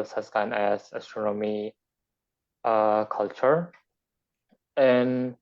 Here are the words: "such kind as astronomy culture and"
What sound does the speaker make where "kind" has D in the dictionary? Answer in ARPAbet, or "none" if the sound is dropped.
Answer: none